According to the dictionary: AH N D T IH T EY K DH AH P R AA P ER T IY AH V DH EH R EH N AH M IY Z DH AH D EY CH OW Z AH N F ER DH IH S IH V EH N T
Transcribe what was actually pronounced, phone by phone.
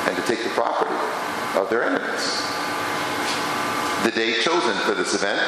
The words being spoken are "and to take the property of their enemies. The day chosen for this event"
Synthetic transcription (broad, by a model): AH N T IH T EY K DH AH P R AA P ER T IY AH V DH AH R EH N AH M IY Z DH AH D EY CH OW Z AH N F ER DH IH S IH V EH N T